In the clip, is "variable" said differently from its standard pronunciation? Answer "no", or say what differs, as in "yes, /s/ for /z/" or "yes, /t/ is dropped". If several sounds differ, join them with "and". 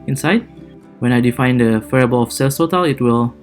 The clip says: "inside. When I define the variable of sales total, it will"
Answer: yes, /f/ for /v/